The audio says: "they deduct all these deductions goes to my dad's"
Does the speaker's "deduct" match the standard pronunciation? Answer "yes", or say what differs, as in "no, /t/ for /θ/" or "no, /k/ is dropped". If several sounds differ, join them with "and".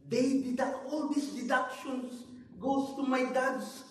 no, /k/ is dropped